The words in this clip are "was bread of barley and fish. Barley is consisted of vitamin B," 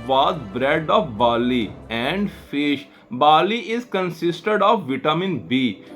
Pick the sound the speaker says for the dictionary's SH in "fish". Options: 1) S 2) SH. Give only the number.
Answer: 2